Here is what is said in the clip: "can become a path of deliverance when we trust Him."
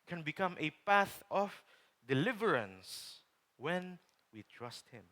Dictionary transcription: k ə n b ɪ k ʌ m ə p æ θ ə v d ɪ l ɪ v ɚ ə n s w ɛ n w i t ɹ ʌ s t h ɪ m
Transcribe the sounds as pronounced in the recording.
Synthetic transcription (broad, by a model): k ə n b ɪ k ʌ m ə p æ θ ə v d ɪ l ɪ v ɚ ə n s w ɛ n w i t ɹ ʌ s t h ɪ m